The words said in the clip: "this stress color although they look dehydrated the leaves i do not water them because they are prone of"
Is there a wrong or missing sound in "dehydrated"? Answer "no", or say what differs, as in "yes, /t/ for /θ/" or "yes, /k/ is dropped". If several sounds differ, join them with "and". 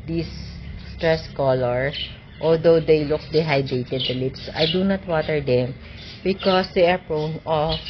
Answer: yes, /ɹ/ is dropped